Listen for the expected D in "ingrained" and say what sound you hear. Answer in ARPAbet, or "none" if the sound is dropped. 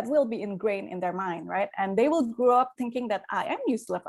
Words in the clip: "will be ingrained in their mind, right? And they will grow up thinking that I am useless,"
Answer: none